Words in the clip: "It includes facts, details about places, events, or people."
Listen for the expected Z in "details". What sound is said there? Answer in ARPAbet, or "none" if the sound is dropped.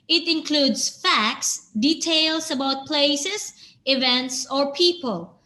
S